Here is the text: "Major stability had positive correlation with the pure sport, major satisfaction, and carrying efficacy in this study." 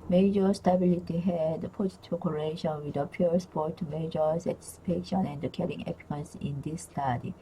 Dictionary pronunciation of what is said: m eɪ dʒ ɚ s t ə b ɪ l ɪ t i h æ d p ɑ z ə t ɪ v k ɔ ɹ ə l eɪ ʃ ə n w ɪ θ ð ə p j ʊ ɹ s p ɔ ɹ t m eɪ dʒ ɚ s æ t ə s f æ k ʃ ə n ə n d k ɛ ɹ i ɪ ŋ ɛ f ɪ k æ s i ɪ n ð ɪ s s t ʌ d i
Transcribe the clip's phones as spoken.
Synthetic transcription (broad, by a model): m eɪ dʒ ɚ s t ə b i l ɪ t i h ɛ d p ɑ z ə t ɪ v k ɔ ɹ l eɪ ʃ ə n w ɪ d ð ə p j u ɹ s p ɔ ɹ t m eɪ dʒ ɚ s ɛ t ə s p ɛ ʃ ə n ə n d k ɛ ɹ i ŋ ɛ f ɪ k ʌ s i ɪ n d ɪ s s t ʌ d i